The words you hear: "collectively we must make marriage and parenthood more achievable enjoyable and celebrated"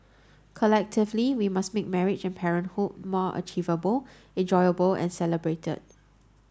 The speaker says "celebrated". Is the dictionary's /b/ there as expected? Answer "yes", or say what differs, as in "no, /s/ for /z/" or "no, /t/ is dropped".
yes